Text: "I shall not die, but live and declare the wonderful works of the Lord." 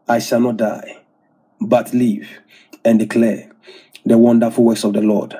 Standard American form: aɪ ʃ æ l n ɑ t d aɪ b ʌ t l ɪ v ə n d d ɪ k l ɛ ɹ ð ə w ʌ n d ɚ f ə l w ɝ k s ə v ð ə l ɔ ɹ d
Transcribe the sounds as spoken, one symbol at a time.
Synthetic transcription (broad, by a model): aɪ ʃ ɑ l n ɑ t d aɪ b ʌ t l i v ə n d d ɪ k l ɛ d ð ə w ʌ n d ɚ f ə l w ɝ s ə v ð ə l ɔ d